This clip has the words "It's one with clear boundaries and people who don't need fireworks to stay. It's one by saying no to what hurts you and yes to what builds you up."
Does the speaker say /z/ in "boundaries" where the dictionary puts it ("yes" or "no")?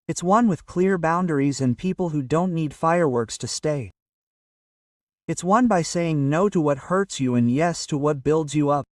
yes